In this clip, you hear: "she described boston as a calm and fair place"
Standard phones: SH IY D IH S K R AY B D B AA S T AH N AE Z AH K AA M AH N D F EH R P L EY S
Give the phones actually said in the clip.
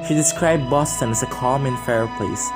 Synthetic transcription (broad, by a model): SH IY D IH S K R AY B D B AA S T AH N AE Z AH K AA M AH N F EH R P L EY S